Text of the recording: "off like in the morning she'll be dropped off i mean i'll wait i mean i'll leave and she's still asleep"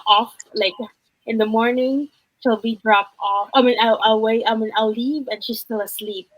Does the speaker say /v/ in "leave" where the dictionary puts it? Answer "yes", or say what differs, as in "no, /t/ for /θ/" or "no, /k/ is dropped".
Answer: yes